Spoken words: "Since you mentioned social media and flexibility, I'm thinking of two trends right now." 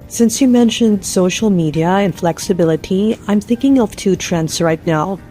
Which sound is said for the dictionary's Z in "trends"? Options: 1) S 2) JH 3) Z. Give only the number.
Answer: 1